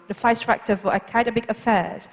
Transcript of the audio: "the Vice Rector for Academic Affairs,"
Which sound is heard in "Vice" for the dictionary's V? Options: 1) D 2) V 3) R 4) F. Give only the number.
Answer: 4